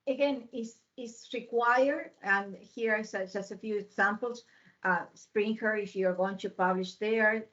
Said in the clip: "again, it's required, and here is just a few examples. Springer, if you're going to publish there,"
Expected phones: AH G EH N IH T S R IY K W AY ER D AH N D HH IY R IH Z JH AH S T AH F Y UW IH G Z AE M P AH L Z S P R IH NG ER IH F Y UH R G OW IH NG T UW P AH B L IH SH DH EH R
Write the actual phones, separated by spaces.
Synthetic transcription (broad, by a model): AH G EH N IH S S R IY K W AY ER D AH N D HH IY R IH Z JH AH S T AH F Y UW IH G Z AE M P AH L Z S P R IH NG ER IH F Y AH R G OW IH NG T UW P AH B L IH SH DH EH R